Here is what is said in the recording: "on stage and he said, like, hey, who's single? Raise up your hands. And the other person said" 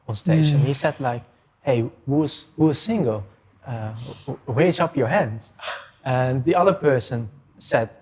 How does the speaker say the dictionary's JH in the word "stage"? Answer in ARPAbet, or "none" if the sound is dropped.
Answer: SH